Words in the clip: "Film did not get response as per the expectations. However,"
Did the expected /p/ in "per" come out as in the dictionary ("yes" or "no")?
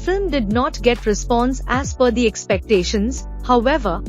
no